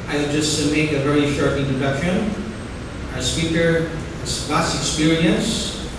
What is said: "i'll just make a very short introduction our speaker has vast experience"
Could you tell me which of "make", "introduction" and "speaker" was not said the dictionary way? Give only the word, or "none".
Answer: introduction